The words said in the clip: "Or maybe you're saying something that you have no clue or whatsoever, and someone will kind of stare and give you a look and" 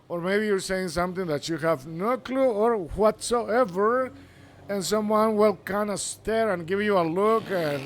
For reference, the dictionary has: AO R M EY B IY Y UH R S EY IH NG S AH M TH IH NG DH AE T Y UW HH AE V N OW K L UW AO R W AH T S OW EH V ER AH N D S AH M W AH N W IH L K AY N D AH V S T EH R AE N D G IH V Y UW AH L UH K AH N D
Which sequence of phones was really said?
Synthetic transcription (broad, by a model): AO R M EY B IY Y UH R S EY IH NG S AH M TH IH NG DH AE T Y UW HH AE V N OW K L UW AO R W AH T S OW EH V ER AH N S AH M W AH N W IH L K AY N D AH S T EH R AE N G IH V Y UW AH L UH K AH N